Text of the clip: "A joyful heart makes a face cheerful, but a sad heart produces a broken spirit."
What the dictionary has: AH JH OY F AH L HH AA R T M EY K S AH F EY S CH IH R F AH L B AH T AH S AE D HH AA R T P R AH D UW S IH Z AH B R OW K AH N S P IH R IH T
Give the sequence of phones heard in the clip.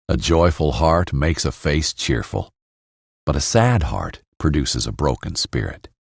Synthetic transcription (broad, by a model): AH JH OY F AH L HH AA R T M EY K S AH F EY S CH IH R F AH L B AH T AH S AE D HH AA R T P R AH D UW S IH Z AH B R OW K AH N S P IH R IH T